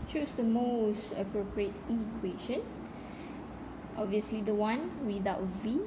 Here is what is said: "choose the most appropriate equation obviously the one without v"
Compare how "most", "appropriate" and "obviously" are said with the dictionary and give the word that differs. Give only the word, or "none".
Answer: none